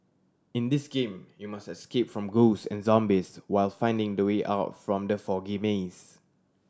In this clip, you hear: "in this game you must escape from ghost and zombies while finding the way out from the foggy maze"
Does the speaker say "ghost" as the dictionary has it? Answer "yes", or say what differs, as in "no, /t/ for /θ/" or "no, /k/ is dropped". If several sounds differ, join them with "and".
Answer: no, /t/ is dropped